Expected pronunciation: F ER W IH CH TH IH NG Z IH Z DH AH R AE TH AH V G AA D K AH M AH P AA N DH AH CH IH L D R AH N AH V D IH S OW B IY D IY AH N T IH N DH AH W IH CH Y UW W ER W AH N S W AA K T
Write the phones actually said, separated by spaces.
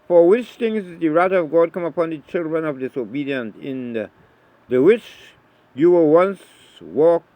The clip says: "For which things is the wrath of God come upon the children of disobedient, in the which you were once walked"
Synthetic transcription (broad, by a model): F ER W IH CH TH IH NG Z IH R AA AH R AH AH V G AA D K AH M AH P AA N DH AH CH IH L D R AH N AH V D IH S OW B IY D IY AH N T IH N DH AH W IH CH Y UW W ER W AH N S W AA K